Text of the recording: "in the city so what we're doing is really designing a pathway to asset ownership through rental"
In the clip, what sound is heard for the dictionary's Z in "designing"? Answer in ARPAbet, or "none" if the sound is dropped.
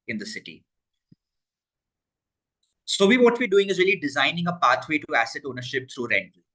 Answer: Z